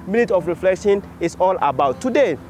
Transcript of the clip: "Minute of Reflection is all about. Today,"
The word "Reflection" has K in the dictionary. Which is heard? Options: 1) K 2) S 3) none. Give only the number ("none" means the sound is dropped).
1